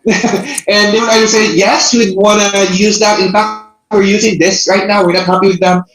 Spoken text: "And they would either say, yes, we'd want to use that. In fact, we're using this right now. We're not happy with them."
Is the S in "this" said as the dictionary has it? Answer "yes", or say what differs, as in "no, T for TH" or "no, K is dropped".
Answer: yes